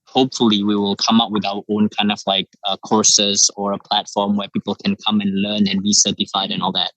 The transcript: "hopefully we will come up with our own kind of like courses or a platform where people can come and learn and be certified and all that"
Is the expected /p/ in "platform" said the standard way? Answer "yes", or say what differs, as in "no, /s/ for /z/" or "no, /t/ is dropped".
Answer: yes